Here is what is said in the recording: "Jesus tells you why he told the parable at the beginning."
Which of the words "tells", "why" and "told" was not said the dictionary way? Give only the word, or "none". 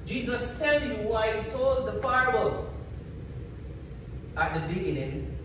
tells